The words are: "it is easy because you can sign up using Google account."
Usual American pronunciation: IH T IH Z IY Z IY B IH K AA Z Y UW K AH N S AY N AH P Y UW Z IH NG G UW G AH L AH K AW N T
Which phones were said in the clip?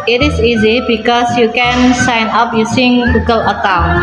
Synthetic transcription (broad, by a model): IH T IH S IY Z IY B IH K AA S Y UW K AH N S AY N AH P Y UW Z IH NG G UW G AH L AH K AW N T